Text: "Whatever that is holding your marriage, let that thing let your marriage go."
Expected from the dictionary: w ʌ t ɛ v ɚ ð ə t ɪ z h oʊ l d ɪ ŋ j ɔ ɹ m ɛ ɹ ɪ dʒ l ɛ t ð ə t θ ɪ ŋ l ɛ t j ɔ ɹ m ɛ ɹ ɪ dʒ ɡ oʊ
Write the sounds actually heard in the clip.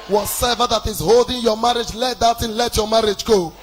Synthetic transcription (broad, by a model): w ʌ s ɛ v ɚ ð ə t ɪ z h oʊ l d ɪ ŋ j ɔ m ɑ ɹ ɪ dʒ l ɛ t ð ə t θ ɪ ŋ l ɛ t j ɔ m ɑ ɹ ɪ dʒ ɡ oʊ